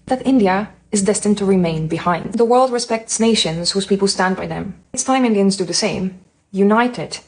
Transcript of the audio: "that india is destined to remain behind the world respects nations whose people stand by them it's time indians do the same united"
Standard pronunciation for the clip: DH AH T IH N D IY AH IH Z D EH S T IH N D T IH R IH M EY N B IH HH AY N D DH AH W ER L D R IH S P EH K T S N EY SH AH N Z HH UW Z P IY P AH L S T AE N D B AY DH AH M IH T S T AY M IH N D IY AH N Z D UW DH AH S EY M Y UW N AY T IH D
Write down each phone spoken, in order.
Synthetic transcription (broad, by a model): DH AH T IH N D IY AH IH Z D EH S T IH N T IH R IH M EY N B IH HH AY N D DH AH W ER L D R IH S P EH K T S N EY SH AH N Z HH UW Z P IY P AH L S T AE N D B AY DH AH M IH T S T AY M IH N D IY AH N Z D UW DH AH S EY M Y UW N AY T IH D